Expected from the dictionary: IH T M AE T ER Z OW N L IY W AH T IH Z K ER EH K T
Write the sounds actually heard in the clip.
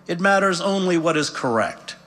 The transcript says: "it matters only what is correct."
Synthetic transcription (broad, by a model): IH T M AE T ER Z OW N L IY W AH T IH Z K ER EH K T